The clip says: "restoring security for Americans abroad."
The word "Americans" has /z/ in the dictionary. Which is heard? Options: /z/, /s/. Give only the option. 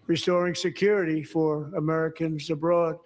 /z/